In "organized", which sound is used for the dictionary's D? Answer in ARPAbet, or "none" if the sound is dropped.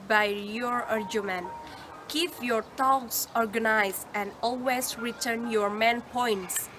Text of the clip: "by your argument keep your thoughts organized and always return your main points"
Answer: none